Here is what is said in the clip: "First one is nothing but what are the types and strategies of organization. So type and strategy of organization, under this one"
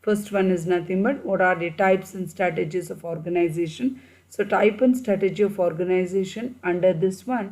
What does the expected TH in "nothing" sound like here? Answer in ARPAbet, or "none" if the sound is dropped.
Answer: T